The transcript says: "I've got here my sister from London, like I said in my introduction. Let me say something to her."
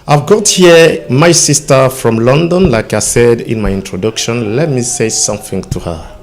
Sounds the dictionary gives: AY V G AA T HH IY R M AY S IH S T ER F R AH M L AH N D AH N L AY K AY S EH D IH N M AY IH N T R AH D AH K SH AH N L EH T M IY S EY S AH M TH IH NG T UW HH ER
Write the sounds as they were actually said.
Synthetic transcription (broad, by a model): AY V G AA T HH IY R M AY S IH S T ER F R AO M L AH N D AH N L AY K AY S EH D IH N M AY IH N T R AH D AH K SH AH N L EH T M IY S EY S AH M TH IH NG T UW HH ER